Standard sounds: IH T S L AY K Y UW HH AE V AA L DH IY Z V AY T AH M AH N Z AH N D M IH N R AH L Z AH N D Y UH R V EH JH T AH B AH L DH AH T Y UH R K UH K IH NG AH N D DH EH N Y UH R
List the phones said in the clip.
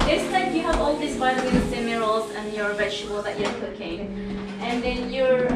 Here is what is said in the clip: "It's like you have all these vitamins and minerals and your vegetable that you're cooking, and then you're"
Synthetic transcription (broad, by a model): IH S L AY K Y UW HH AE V AA L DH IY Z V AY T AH AH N AH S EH M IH R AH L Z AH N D Y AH R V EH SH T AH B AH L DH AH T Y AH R K UH K IH NG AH N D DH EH N Y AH R